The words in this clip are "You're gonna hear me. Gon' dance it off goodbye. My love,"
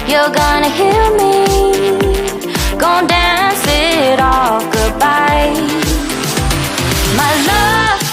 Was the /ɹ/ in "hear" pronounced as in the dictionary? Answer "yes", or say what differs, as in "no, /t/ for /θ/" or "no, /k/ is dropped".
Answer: no, /l/ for /ɹ/